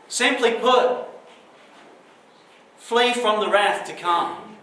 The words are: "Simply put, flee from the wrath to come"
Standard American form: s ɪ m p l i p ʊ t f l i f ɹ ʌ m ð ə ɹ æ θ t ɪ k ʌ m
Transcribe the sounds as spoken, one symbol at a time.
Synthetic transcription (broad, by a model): s ɪ m p l i p ʊ t f l i f ɹ ʌ m ð ə ɹ æ θ t ɪ k ʌ m